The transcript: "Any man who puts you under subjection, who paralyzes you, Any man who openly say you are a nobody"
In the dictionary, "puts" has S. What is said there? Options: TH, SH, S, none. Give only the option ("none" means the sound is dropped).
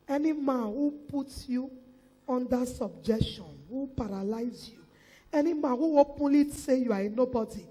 none